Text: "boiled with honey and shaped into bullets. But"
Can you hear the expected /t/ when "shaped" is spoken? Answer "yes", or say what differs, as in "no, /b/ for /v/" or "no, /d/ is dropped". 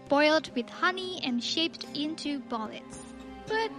yes